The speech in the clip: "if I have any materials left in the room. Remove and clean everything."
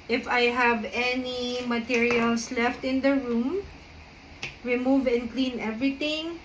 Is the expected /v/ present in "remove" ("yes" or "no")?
yes